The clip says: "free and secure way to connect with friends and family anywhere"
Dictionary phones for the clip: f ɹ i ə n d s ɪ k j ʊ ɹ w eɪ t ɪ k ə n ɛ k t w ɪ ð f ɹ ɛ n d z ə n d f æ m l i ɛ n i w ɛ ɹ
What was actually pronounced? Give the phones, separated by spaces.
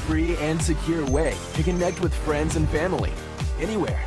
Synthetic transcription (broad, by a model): f ɹ i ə n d s ɪ k j ʊ ɹ w eɪ t ɪ k ə n ɛ k t w ɪ ð f ɹ ɛ n d z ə n f æ m l i ɛ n i w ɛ ɹ